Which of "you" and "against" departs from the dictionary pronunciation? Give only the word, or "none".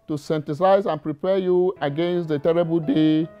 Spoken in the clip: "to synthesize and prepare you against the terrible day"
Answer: none